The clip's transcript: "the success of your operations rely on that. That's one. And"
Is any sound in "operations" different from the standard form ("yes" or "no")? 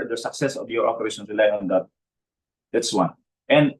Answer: yes